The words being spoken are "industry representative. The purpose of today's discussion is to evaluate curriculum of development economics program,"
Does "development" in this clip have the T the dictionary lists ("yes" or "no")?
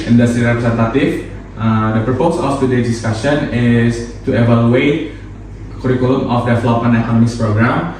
no